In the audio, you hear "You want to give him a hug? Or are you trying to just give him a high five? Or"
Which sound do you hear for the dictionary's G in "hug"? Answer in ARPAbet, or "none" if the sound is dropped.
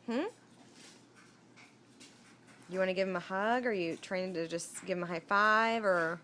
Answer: G